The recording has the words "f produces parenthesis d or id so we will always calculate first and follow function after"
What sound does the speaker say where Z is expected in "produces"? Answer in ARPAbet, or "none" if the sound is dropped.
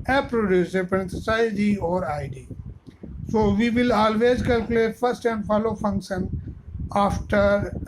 none